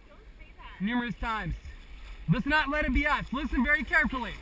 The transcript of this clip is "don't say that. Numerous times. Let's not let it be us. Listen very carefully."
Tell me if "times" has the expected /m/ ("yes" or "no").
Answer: yes